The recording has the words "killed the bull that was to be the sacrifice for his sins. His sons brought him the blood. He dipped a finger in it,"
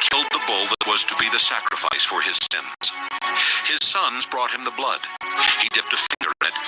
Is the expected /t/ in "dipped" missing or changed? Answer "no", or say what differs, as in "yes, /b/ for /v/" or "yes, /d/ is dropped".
no